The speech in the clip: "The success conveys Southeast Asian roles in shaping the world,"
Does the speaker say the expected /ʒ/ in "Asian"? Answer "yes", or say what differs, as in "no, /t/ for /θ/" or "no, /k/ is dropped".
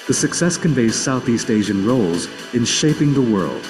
yes